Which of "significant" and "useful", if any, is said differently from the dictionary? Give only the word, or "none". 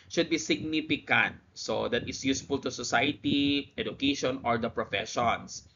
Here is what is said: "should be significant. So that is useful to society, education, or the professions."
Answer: none